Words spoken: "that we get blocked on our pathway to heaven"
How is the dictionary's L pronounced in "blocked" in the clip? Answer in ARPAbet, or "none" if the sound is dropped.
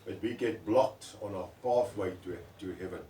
L